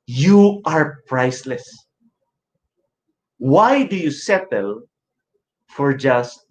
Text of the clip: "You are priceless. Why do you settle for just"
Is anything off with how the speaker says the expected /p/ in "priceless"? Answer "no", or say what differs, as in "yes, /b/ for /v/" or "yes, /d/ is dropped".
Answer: no